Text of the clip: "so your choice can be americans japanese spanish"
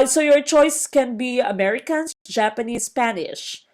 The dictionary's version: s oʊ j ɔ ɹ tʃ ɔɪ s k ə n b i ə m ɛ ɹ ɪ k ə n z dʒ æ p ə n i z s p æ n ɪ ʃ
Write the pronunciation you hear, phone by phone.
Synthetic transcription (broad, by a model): s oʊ j ɔ ɹ tʃ ɔɪ s k ə n b i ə m ɛ ɹ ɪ k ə n dʒ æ p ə n i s p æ n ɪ ʃ